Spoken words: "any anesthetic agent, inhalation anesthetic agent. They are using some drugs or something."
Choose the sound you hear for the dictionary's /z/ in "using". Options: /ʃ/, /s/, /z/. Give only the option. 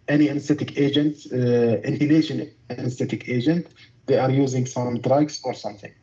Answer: /z/